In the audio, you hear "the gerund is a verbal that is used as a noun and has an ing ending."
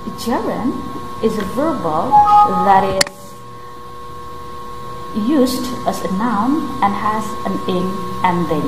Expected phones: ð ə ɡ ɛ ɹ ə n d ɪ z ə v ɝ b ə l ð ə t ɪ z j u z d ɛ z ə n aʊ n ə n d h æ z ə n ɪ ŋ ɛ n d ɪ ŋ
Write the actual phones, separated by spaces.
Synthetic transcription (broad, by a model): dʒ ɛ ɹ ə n ɪ z ə v ɝ b ə l ð ə t ɪ z j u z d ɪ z ə n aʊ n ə n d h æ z ə n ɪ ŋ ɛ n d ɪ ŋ